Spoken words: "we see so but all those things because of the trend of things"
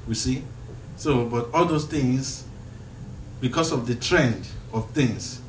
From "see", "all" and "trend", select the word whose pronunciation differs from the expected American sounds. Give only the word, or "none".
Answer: none